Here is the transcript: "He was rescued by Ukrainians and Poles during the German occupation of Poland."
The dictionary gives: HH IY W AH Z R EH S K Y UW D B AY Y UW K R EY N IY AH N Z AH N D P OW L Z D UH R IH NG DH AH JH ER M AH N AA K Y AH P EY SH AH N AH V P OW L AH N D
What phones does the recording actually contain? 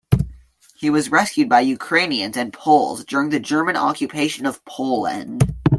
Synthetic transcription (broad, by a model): HH IY W AH Z R EH S K Y UW D B AY Y UW K R EY N IY AH N Z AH N P OW L Z D UH R IH NG DH AH JH ER M AH N AA K Y AH P EY SH AH N AH V P OW L AH N D